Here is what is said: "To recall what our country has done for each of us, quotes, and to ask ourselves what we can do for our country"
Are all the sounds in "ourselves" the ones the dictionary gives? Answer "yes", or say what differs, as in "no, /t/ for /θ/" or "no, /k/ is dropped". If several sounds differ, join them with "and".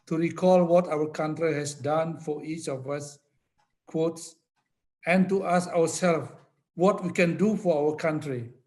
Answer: no, /w/ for /ɹ/